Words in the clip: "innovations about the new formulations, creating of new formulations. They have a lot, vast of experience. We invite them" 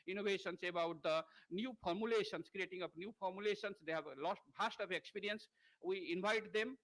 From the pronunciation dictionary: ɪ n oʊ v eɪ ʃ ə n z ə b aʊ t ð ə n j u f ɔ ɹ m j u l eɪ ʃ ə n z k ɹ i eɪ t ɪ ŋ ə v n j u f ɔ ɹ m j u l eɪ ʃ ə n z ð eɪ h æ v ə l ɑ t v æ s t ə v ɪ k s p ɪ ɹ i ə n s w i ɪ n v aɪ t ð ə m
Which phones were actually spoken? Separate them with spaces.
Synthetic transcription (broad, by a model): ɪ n oʊ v eɪ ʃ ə n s ə b aʊ t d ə n j u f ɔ ɹ m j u l eɪ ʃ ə n s k ɹ i eɪ t ɪ ŋ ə p n j u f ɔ ɹ m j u l eɪ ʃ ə n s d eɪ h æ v l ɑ t b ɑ s t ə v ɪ k s p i ɹ i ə n s w i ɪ n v aɪ t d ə m